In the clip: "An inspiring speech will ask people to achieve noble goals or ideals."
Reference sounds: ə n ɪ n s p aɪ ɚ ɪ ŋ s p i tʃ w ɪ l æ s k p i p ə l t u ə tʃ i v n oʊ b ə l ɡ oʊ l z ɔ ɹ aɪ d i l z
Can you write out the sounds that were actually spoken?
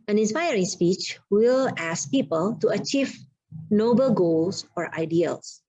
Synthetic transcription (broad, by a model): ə n ɪ n s p aɪ ɚ ɪ ŋ s p i tʃ w ɪ l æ s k p i p ə l t u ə tʃ i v n oʊ b ə l ɡ oʊ l s ɔ ɹ aɪ d i l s